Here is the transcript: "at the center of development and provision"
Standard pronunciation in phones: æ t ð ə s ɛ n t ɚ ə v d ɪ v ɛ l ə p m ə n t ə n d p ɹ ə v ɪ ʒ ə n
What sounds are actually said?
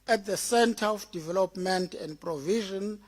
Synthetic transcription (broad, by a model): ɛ t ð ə s ɛ n t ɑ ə f d ɪ v ɛ l ə p m ə n t ə n d p ɹ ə v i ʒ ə n